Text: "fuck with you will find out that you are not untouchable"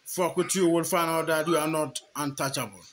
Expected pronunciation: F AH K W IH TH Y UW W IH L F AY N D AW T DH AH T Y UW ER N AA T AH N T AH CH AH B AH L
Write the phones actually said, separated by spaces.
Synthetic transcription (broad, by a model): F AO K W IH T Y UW W IH L F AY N AW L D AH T Y UW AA N AA T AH N T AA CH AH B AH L